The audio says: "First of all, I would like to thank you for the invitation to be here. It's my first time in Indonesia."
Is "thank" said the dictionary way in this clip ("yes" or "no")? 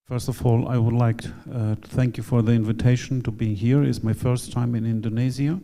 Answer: yes